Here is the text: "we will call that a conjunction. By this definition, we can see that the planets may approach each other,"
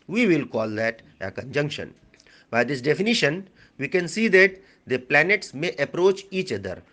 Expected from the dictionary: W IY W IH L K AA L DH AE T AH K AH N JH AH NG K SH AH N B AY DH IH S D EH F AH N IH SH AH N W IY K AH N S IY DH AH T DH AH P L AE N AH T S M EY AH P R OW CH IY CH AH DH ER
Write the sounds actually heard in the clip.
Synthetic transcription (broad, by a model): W IY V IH L K AA L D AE T AH K AH N JH AH NG K SH AH N B AY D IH S D EH F AH N IH SH AH N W IY K AH N S IY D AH T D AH P L AE N AH T S M EY AH P R OW CH IY CH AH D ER